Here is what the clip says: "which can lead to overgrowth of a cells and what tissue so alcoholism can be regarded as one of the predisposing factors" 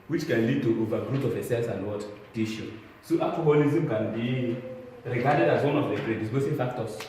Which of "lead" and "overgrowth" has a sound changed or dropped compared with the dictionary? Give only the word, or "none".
overgrowth